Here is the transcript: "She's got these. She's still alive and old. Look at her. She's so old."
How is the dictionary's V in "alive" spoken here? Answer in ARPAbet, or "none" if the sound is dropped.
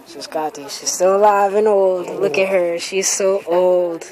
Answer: V